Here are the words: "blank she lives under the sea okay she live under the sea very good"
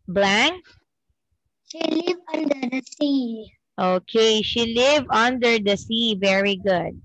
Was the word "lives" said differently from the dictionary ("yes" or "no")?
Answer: yes